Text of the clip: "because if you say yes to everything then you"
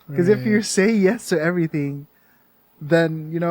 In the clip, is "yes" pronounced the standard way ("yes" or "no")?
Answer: yes